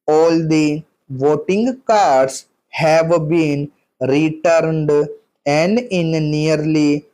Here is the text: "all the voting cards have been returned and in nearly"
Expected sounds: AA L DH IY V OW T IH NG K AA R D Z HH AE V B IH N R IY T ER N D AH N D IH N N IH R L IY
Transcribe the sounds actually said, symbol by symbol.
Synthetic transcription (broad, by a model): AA L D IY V OW T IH NG K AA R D S HH AE V B IH N R IY T ER N D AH N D IH N N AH R L IY